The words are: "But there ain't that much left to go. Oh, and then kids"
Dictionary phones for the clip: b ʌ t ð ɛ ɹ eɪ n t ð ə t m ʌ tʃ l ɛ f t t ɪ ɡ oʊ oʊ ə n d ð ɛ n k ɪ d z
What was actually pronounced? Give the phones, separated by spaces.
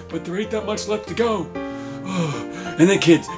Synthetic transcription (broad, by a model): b ʌ t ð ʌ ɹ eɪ t ð ə t m ʌ tʃ l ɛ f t t ɪ ɡ oʊ oʊ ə n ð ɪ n k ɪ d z